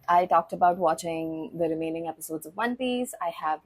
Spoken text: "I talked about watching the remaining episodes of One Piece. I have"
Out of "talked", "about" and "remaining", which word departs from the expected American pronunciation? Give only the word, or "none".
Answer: none